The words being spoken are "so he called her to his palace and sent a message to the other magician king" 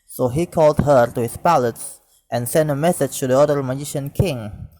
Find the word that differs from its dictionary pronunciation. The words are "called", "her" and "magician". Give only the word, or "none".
none